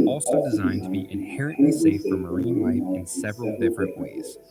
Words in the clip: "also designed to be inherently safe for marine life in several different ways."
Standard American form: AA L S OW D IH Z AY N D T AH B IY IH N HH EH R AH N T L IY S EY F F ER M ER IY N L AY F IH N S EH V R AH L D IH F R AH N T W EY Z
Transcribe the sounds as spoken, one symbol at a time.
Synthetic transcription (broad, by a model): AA L S OW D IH Z AY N T AH B IY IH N HH EH R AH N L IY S EY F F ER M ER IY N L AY IH N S EH V R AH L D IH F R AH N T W EY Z